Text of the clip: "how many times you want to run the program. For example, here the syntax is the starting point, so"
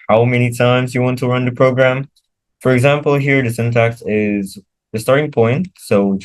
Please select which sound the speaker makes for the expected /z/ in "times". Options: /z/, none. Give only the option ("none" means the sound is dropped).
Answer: /z/